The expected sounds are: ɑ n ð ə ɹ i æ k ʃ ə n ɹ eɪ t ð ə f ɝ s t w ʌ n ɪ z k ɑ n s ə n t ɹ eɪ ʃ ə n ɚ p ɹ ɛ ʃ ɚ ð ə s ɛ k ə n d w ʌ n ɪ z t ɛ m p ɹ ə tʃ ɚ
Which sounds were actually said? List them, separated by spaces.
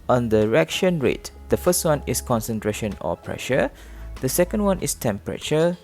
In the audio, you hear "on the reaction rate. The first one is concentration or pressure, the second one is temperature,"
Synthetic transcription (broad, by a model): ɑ n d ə ɹ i k ʃ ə n ɹ eɪ t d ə f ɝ s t w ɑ n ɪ s k ɑ n s ə n t ɹ eɪ ʃ ə n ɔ p ɹ ɛ ʃ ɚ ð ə s ɛ k ə n d w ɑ n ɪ s t ɛ m p ɹ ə tʃ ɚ